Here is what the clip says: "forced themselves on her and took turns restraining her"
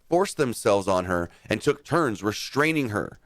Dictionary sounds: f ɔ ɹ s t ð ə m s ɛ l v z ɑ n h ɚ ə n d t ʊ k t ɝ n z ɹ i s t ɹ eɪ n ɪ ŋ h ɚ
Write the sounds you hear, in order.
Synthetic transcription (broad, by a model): f ɔ ɹ s ð ə m s ɛ l v z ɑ n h ɚ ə n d t ʊ k t ɝ n z ɹ i s t ɹ eɪ n ɪ ŋ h ɚ